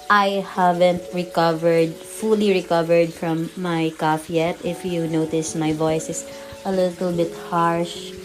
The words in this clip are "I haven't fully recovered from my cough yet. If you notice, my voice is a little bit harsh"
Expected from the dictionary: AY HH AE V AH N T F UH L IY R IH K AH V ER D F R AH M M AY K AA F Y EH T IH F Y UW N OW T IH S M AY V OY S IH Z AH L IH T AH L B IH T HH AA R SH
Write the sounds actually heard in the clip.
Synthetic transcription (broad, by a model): AY HH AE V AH N T F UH L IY R IH K AH V ER D F R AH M M AY K AA F Y EH T IH F Y UW N OW T IH S M AY V OY S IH S AH L IH T AH L B IH T HH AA R SH